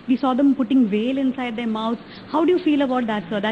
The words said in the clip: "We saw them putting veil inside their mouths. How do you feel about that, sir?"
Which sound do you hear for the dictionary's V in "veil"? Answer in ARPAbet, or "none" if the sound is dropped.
V